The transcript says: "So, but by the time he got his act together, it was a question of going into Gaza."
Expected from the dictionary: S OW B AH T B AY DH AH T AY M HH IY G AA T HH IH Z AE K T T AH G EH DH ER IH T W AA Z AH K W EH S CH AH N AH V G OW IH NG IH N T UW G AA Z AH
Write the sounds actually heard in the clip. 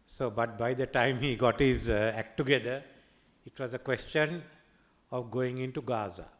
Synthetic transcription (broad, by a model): S OW B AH T B AY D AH T AY M HH IY G AA T HH IH Z AE K T T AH G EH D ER IH T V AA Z AH K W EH S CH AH N AH V G OW IH NG IH N T UW G AA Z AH